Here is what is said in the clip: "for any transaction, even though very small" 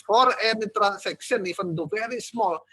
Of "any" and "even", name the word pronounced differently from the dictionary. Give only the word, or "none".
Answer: even